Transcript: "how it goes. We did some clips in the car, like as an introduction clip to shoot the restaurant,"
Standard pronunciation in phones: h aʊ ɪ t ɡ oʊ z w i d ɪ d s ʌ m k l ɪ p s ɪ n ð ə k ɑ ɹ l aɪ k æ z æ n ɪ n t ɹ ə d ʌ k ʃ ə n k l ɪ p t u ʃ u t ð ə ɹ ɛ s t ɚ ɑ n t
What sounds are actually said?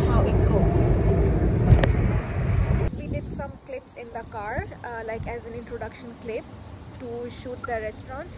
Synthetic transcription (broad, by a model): h aʊ ɪ t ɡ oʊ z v i d ɪ d s ʌ m k l ɪ p s ɪ n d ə k ɑ ɹ l aɪ k æ z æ n ɪ n t ɹ ə d ʌ k ʃ ə n k l ɪ p t u ʃ u t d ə ɹ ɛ s t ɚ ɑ n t